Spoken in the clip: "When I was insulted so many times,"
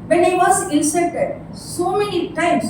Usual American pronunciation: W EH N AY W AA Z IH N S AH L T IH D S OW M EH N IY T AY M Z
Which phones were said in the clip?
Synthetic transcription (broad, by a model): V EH N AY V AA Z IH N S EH T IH D S OW M EH N IY T AY M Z